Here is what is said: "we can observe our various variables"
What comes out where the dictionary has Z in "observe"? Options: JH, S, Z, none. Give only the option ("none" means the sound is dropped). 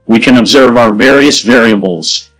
Z